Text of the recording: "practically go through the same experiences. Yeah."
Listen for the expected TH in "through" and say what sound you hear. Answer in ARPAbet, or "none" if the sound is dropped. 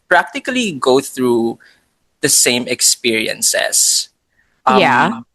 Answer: TH